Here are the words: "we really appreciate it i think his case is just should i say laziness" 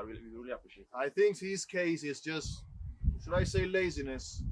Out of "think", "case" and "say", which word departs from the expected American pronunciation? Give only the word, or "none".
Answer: none